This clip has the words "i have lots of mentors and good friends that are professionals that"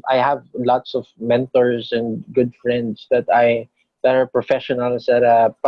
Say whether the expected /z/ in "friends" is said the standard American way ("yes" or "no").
no